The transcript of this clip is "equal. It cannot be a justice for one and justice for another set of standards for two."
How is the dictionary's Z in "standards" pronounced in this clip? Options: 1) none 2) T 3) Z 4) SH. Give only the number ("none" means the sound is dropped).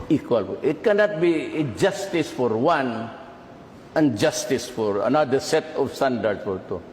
1